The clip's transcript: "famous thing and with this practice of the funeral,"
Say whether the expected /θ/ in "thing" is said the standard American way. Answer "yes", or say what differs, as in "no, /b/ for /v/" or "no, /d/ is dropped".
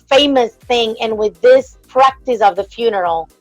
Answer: yes